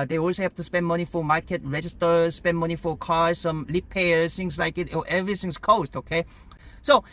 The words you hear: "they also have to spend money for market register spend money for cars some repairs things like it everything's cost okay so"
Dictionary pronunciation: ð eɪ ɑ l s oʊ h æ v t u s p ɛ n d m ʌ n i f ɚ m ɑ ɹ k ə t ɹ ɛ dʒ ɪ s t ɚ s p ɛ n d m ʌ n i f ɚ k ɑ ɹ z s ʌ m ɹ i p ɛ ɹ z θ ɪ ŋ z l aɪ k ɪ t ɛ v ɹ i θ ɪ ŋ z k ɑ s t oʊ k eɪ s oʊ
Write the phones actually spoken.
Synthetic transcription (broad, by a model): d eɪ ɑ l s oʊ h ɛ p t u s p ɛ n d m ʌ n i f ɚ m ɑ k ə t ɹ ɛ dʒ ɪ s t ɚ s p ɛ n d m ʌ n i f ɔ k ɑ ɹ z s ʌ m l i p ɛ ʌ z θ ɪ ŋ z l aɪ k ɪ t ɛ v ɹ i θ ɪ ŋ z k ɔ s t oʊ k eɪ s oʊ